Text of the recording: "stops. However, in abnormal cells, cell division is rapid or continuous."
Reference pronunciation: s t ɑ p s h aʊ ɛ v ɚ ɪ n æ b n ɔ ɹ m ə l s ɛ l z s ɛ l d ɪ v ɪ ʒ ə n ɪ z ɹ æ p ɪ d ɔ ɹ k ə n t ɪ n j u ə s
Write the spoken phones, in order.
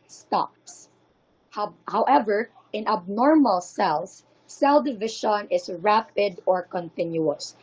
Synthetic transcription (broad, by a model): s t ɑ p s h aʊ ɛ v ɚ ɪ n æ b n ɔ ɹ m ə l s ɛ l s s ɛ l d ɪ v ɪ ʃ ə n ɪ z ɹ æ p ɪ d ɔ ɹ k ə n t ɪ n j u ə s